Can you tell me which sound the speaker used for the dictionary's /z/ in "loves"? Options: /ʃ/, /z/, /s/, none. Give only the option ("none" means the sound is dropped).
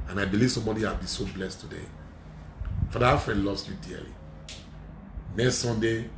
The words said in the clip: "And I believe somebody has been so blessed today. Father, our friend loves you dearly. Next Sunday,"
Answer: /s/